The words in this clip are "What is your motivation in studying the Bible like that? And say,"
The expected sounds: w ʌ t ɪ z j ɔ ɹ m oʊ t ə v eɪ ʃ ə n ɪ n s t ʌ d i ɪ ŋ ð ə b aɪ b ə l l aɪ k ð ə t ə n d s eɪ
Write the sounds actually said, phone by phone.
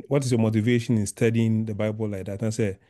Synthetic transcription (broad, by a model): w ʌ t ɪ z j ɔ m oʊ t ə v eɪ ʃ ə n ɪ n s t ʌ d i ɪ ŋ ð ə b aɪ b ə l l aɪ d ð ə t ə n s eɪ